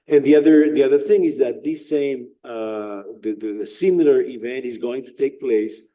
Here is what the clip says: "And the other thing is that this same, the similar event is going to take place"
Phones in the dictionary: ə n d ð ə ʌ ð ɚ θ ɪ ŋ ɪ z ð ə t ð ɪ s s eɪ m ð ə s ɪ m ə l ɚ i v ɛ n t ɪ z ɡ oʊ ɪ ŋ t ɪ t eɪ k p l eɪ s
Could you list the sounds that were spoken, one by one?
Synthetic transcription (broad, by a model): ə n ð ð ə ʌ ð ɚ θ ɪ ŋ ɪ z ð ə t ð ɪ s s eɪ m ð ə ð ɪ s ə l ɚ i v ɛ n t ɪ z ɡ oʊ ɪ ŋ t ɪ t eɪ k p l eɪ s